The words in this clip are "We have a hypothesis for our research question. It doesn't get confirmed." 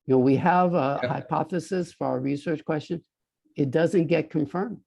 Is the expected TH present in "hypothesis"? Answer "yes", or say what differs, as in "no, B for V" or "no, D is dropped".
yes